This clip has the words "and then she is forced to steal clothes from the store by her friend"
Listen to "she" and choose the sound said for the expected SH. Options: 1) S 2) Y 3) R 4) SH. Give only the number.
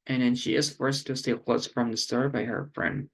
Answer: 4